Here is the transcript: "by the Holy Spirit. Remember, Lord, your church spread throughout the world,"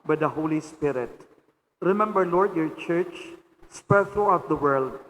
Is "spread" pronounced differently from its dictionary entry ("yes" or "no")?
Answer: yes